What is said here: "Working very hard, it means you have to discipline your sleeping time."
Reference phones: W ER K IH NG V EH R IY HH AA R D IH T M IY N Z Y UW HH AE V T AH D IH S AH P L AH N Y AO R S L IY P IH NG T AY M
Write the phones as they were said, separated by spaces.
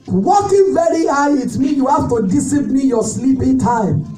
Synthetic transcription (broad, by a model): W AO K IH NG V EH R IY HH AA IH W IH T M IY Y UW HH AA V T AH D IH S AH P N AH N Y AO S L IY P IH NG T AY M